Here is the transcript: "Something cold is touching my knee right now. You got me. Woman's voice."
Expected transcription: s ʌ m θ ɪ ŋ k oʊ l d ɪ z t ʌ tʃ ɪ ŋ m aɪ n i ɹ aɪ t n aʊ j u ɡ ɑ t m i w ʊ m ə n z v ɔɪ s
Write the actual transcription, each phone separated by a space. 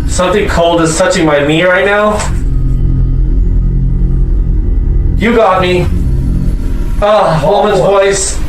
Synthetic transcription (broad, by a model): s ʌ m θ ɪ ŋ k oʊ l d ɪ z t ʌ tʃ ɪ ŋ m aɪ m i ɹ aɪ t n aʊ j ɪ ɡ ɑ t m i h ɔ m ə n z v ɔɪ s